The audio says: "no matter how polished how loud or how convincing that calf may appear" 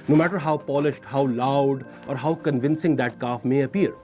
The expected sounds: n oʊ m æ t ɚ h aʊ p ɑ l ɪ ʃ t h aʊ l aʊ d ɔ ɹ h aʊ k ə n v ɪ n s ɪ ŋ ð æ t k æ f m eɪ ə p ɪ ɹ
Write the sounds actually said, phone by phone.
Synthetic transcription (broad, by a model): n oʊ m æ t ɚ h aʊ p ɑ l ɪ ʃ t h aʊ l aʊ d ɔ ɹ h aʊ k ə n v ɪ n s ɪ ŋ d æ t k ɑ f m eɪ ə p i ɹ